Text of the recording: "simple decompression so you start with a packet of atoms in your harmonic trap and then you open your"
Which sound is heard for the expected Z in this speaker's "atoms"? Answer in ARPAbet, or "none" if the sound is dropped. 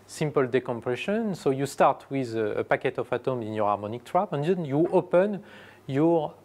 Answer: none